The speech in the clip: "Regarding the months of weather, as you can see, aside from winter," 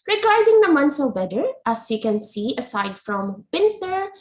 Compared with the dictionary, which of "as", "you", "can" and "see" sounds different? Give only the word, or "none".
as